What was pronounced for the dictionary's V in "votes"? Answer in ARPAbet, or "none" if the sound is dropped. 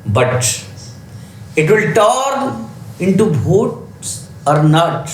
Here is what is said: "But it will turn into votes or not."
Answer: B